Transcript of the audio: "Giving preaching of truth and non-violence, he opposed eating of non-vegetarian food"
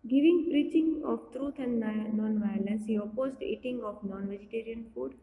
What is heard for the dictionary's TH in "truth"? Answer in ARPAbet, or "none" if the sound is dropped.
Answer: T